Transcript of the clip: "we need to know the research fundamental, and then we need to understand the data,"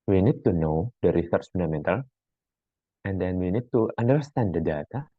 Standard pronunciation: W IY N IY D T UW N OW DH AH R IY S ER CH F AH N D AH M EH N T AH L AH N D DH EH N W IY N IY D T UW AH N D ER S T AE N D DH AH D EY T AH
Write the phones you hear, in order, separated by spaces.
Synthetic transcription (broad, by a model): W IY N IY D T UW N OW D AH R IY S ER S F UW N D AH M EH N T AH L AH N D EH N W IY N IY D T UW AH N D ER S T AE N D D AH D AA T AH